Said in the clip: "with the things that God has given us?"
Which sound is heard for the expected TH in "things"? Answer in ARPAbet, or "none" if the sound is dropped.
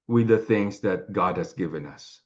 TH